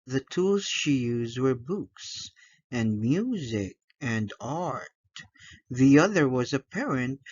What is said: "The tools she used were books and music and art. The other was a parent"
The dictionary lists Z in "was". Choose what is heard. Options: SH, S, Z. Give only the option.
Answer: Z